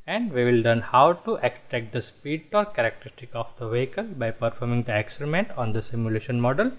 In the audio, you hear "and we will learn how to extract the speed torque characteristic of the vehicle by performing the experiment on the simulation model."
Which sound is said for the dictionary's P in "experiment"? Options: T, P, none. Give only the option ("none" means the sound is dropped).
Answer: none